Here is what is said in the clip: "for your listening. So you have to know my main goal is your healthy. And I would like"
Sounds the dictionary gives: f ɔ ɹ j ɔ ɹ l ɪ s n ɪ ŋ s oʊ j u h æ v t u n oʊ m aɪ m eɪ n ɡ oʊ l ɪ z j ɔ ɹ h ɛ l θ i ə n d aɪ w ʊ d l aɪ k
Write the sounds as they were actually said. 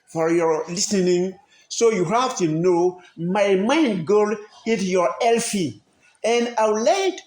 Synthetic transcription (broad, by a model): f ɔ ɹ j ɔ ɹ l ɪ s n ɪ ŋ s oʊ j u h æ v t u n oʊ m aɪ m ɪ n ɡ oʊ l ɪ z j ɔ ɹ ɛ l f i ə n d aɪ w l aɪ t